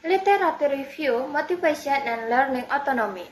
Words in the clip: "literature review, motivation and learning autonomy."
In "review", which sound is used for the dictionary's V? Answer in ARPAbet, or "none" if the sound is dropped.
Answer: F